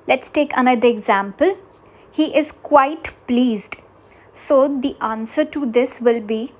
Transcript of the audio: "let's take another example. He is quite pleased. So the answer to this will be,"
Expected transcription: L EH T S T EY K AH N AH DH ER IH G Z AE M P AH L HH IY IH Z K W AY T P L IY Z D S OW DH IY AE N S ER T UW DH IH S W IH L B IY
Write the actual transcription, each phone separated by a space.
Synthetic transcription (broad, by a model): L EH T S T EY K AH N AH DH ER IH G Z AE M P AH L HH IY IH Z K W AY T P L IY Z D S OW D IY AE N S ER T UW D IH S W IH L B IY